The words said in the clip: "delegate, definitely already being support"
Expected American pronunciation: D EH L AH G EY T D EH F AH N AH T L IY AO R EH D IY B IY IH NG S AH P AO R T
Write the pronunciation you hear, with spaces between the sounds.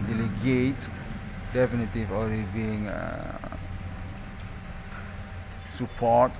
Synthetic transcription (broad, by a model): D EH L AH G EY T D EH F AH N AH T IY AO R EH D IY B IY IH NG S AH P AO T